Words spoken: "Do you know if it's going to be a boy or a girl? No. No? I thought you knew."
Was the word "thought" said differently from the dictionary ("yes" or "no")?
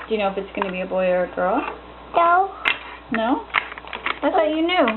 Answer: yes